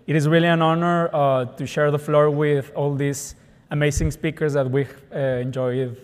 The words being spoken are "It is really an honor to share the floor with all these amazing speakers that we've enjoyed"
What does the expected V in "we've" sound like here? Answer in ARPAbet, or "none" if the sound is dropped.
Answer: none